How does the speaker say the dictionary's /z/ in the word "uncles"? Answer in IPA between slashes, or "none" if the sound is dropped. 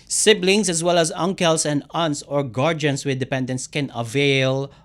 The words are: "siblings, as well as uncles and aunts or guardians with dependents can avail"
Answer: /s/